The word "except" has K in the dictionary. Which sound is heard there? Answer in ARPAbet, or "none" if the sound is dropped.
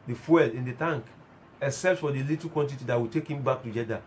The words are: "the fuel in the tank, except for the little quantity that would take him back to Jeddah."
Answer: none